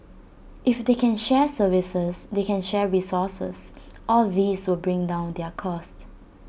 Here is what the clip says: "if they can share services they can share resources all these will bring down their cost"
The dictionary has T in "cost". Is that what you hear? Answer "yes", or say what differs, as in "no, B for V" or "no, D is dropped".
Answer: yes